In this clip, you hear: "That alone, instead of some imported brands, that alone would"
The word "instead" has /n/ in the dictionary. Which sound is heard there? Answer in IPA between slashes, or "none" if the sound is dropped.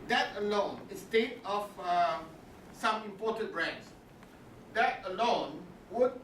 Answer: none